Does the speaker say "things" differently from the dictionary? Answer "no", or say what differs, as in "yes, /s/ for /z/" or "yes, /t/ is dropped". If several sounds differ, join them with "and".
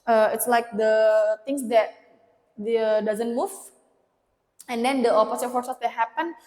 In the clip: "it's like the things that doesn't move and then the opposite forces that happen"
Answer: yes, /t/ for /θ/